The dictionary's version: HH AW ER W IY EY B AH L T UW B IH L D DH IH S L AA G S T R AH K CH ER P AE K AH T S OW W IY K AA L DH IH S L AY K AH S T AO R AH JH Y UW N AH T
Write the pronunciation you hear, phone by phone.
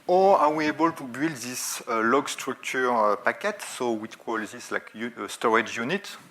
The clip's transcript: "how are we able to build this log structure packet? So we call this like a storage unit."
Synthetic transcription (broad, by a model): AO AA W IY EY B AH L T UW B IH L D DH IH S L AA G S T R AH K CH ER P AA K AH T S OW W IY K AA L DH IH S L AY K AH S T AO R AH JH Y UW N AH T